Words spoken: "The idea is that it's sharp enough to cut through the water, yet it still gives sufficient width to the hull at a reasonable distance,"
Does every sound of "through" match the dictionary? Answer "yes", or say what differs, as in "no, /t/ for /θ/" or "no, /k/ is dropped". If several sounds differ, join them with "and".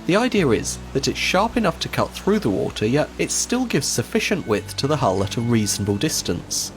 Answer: yes